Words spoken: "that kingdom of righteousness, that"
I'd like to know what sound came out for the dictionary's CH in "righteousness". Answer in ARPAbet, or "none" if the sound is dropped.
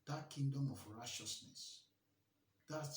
SH